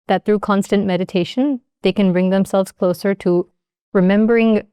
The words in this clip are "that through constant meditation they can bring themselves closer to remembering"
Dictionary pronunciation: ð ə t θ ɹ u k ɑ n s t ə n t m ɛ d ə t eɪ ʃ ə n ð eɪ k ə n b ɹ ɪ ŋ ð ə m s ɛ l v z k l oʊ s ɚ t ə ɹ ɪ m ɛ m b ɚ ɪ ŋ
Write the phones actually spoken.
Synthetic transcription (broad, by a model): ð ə t θ ɹ u k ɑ n s t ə n m ɛ d ə t eɪ ʃ ə n ð eɪ k ə n b ɹ ɪ ŋ ð ə m s ɛ l v z k l oʊ s ɚ t ə ɹ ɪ m ɛ m b ɚ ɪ ŋ